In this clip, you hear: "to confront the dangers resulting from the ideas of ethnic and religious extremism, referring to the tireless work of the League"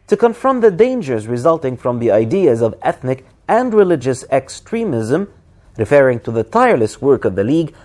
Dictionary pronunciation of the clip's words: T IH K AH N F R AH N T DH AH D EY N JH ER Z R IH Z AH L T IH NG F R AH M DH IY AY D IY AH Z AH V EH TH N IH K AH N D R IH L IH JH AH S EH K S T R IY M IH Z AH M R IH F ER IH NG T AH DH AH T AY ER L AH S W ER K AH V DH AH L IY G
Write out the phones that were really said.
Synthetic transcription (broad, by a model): T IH K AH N F R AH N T DH AH D EY N JH ER Z R IH Z AH L T IH NG F R AH M DH IY AY D IY AH Z AH V EH TH N IH K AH N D R IH L IH JH AH S EH K S T R IY M IH Z AH M R IH F ER IH NG T AH DH AH T AY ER L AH S W ER K AH V DH AH L IY G